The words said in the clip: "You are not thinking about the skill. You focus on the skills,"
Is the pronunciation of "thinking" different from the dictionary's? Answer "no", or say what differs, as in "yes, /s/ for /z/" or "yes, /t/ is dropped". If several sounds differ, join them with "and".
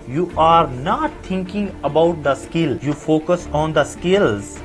yes, /t/ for /θ/